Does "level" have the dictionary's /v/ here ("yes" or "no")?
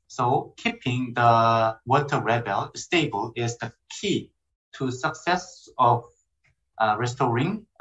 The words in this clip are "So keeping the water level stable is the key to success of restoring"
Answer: no